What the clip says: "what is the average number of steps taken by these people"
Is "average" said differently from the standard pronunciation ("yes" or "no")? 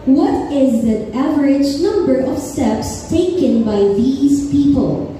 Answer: no